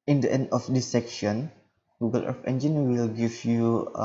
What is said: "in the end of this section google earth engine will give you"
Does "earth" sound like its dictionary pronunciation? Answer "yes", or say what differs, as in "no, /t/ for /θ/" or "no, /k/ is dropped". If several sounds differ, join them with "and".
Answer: no, /f/ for /θ/